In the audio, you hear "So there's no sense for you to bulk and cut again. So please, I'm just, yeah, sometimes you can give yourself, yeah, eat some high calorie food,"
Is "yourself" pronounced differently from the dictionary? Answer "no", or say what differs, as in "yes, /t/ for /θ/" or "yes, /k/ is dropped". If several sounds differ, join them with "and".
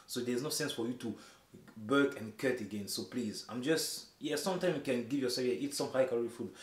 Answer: yes, /l/ is dropped